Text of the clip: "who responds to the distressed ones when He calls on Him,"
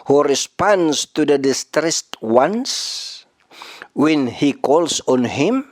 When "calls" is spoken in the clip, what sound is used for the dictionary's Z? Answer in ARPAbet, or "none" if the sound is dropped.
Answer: S